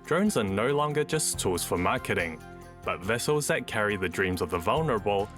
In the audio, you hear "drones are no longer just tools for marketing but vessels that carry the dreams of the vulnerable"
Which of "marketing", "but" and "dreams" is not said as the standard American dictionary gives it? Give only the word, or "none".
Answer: none